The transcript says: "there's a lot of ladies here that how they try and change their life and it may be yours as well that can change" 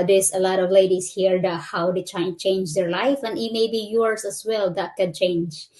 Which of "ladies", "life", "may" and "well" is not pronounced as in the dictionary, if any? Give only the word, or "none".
ladies